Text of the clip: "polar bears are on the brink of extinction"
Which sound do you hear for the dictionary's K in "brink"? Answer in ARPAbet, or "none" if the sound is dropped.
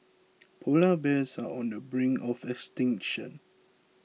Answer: none